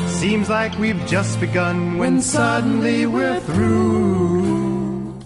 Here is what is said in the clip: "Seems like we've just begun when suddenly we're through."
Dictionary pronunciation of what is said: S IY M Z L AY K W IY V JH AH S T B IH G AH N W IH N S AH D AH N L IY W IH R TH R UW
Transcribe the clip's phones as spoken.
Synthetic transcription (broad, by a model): S IY M Z L AY K W IY V JH AH S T B IH G AH N W IH N S AH D N L IY W IH R TH R UW